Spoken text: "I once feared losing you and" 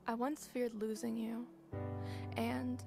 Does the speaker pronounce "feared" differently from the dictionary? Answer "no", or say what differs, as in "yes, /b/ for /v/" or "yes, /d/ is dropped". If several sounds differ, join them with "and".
no